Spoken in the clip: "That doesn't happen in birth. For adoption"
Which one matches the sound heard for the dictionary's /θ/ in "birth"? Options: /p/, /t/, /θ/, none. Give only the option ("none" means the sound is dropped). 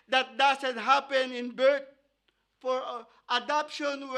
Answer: /t/